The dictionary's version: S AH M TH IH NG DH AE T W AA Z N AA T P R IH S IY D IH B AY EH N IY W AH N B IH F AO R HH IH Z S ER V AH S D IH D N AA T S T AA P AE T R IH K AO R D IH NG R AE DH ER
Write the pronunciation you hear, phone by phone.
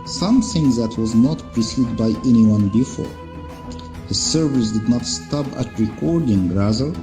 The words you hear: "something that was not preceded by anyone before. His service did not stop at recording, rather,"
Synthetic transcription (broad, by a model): S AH M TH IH NG DH AE T W AA Z N AA T P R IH S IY D B AY EH N IY W AH N B IH F AO R HH IH Z S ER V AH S D IH D N AA T S T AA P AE T R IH K AO R D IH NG R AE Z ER